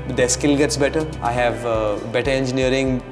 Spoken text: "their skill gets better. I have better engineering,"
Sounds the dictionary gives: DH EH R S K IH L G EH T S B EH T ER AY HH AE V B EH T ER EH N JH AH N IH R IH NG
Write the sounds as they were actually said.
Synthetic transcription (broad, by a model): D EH S K IH L G EH T S B EH T ER AY HH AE V B EH T ER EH N JH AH N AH R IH NG